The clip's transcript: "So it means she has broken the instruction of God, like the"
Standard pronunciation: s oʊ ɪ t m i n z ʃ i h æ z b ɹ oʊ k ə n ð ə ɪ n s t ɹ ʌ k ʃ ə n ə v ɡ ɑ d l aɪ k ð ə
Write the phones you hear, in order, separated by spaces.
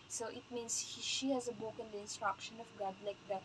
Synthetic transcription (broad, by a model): s oʊ ɪ t m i n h ʃ i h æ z b oʊ k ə n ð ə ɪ n s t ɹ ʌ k ʃ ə n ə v ɡ ɑ d l aɪ k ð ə